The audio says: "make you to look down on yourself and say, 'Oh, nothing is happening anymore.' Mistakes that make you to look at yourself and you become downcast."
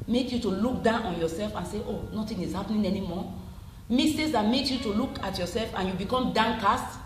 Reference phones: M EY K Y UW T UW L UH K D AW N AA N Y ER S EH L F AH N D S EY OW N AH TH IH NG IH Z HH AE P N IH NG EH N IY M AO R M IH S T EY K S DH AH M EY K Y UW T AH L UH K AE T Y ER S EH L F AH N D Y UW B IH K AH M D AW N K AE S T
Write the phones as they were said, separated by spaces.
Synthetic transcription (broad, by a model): M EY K Y UW T UW L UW K D AW N AA N Y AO S EH L F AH N S EY OW N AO T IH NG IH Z HH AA P N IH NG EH N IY M AO M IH S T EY S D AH M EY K Y UW T AH L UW K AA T Y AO S EH L F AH N Y UW B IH K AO M D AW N K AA S T